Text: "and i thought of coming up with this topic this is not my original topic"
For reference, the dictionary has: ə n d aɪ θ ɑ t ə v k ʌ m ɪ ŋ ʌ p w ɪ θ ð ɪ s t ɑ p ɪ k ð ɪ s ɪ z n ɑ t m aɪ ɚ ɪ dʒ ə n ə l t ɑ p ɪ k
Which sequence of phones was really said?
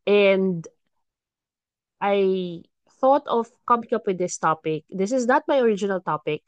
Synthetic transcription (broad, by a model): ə n d aɪ θ ɑ t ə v k ʌ m ɪ ŋ ʌ p w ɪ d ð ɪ s t ɑ p ɪ k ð ɪ s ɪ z n ɑ t m aɪ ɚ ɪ dʒ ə n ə l t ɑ p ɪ k